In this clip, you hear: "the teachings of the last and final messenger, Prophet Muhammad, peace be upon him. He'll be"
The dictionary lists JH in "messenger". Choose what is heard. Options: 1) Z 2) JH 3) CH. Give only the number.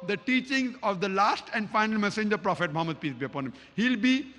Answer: 2